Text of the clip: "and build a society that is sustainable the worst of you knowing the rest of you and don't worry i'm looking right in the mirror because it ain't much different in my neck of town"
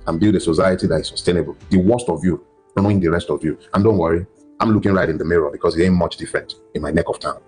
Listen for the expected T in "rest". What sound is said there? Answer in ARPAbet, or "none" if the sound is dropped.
T